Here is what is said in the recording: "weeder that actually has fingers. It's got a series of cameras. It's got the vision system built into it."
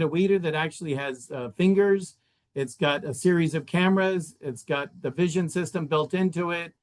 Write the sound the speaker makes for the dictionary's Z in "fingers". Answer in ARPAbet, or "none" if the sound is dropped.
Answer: Z